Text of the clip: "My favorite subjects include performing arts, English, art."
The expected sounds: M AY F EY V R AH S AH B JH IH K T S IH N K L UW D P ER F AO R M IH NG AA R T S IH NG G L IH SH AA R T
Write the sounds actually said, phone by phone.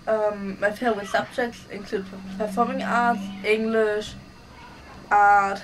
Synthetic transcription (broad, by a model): M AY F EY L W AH S AH B JH IH K T S IH N K L UW D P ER F AO M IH NG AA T S IH NG G L IH SH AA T